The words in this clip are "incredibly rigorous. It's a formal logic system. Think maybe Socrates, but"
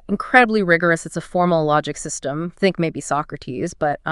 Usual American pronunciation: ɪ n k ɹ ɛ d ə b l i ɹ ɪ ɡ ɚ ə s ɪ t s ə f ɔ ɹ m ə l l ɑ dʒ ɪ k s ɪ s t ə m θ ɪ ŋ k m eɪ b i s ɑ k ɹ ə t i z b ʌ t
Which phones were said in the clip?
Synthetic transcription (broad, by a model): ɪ n k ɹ ɛ d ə b l i ɹ ɪ ɡ ɚ ə s ɪ t s ə f ɔ ɹ m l l ɑ dʒ ɪ k s ɪ s t ə m θ ɪ ŋ k m eɪ b i s ɑ k ɹ ə t i z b ʌ t